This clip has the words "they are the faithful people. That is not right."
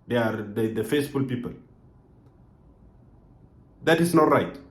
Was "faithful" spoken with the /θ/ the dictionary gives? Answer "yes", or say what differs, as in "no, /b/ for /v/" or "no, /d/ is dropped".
no, /s/ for /θ/